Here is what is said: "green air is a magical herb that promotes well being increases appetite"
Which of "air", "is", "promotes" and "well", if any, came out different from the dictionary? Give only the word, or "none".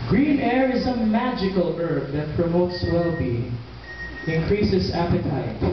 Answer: none